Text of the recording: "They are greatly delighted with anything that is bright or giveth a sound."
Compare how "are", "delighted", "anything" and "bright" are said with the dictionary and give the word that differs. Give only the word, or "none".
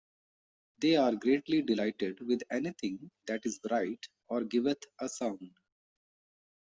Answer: anything